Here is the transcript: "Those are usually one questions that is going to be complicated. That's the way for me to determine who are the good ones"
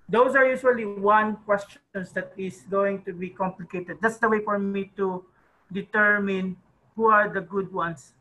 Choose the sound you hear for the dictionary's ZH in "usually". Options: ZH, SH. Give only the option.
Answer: SH